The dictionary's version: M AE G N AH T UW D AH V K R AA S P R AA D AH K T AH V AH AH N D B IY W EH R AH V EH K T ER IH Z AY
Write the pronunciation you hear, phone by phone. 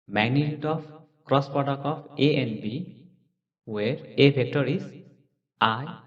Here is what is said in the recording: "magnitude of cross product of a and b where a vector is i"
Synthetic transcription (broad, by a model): M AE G N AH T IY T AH P K R AA S P R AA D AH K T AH P AH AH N B IY W EH R AH B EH K T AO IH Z AY